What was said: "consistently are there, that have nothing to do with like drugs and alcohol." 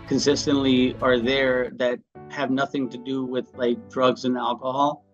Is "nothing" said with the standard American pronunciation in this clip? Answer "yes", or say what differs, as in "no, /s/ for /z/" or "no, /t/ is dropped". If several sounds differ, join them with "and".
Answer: yes